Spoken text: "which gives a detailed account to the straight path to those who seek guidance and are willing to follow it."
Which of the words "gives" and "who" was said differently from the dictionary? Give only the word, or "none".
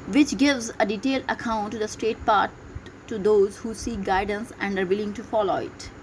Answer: none